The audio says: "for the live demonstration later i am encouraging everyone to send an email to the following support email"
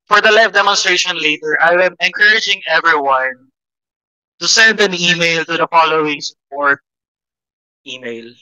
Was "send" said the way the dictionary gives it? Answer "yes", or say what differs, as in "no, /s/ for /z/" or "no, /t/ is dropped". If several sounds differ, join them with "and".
yes